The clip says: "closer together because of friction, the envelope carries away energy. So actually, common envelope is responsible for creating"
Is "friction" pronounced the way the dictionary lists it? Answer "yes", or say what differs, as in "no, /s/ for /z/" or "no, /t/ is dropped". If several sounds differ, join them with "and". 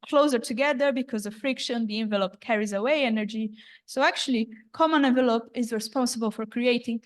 yes